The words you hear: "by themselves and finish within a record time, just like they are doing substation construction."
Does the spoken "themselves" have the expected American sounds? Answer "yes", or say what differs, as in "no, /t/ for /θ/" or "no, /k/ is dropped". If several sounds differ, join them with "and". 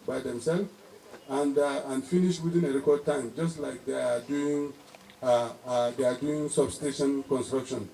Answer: no, /z/ is dropped